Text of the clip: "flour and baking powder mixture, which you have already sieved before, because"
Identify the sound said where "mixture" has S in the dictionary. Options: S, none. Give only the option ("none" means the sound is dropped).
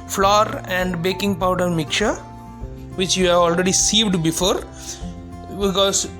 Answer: none